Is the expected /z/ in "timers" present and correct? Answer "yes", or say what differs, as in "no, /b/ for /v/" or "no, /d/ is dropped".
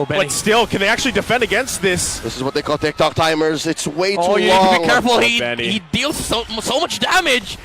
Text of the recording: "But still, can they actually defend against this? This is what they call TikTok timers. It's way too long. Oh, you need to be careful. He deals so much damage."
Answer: yes